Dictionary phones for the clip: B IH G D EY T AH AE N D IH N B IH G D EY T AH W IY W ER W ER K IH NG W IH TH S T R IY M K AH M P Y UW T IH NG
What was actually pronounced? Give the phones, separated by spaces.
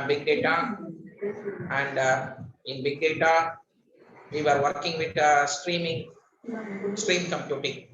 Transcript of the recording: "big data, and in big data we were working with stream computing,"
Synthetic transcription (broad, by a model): B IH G D EY T AH AE N D IH N B IH G D EY T AH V IY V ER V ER K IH NG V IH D S T R IY M K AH M P Y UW T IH NG